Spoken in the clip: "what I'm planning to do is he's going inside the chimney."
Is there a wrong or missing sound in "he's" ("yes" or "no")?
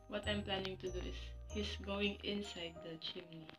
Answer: yes